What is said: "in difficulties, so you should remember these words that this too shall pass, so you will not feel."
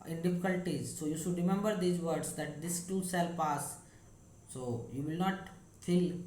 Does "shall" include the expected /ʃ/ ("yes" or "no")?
no